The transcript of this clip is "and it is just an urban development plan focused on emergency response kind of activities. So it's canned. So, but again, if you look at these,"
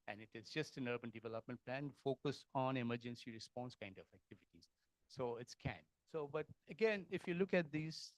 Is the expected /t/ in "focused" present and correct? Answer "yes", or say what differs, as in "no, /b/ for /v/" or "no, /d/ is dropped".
no, /t/ is dropped